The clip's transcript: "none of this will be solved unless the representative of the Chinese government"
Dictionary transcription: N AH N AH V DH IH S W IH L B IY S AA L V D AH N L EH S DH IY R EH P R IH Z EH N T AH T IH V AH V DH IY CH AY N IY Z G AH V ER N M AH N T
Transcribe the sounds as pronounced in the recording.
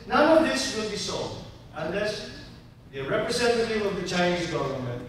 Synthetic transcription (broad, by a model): N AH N AH V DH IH S W IH L B IY S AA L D AH N L EH S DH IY R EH P R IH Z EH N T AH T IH W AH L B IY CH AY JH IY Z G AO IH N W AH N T